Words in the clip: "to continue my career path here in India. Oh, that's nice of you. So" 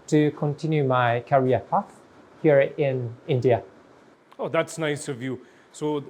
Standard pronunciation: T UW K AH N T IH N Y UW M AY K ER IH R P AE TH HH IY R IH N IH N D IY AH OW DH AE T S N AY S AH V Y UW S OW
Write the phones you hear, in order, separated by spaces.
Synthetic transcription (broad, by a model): T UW K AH N T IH N Y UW M AY K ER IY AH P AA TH HH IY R IH N IH N D IY AH OW DH AE T S N AY S AH V Y UW S OW